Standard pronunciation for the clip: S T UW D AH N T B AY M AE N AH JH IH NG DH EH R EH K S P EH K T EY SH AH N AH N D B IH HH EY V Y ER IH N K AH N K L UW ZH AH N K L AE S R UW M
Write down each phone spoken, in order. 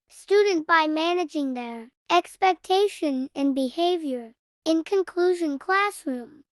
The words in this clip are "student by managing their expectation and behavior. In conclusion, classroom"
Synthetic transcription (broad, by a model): S T UW D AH N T B AY M AE N AH JH IH NG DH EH R EH K S P EH K T EY SH AH N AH N B IH HH EY V Y ER IH N K AH N K L UW ZH AH N K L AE S R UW M